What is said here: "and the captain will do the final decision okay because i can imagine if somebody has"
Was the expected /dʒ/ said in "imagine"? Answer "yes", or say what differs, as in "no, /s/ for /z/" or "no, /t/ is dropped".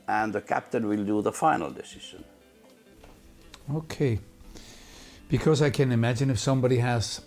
yes